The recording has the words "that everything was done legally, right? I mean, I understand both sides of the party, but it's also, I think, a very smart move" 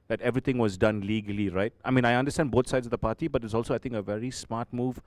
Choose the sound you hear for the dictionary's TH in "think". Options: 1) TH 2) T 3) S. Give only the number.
2